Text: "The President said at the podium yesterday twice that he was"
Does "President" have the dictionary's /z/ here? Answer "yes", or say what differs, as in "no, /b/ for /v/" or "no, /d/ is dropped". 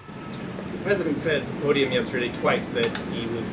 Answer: yes